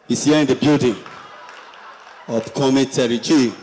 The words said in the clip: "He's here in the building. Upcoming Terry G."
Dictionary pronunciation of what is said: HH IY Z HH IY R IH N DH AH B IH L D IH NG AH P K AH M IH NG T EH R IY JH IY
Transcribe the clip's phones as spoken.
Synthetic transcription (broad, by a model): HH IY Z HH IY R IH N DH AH B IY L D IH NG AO F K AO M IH T EH R IY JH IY